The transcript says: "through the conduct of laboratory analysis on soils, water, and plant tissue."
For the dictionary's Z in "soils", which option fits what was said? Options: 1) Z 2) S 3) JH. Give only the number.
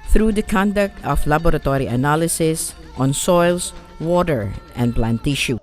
2